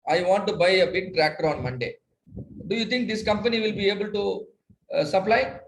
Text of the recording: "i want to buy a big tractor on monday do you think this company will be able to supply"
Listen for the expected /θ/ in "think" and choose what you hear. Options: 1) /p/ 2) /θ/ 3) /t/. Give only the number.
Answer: 3